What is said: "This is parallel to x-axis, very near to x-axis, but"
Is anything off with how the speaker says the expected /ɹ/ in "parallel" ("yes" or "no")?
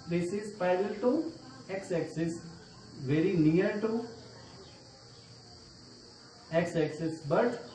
yes